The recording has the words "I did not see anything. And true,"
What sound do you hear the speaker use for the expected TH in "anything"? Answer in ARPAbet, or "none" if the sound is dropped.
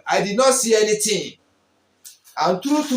T